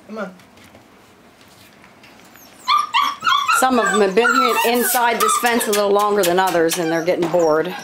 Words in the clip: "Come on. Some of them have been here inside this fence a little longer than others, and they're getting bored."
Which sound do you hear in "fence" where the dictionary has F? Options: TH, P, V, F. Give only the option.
P